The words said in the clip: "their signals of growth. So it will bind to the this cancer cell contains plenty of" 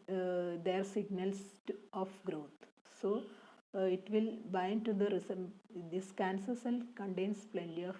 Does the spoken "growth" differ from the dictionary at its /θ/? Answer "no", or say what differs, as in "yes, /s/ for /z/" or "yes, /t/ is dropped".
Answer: yes, /t/ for /θ/